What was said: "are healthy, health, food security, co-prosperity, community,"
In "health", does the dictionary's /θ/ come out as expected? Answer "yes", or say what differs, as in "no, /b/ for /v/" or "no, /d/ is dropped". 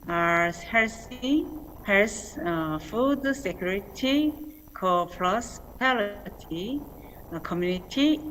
no, /s/ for /θ/